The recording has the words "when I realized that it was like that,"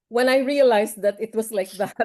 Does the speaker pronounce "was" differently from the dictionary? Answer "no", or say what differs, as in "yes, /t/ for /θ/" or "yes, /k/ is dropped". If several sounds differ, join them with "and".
yes, /s/ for /z/